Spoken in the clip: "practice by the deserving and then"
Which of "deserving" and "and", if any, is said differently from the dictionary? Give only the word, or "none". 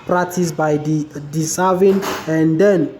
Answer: deserving